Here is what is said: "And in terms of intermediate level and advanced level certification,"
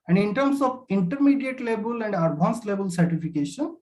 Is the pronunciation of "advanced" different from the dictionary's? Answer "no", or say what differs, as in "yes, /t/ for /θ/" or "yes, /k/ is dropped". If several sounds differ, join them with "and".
yes, /b/ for /v/